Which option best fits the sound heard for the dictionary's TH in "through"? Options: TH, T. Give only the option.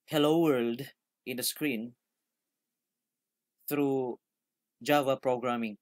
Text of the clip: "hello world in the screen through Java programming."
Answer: T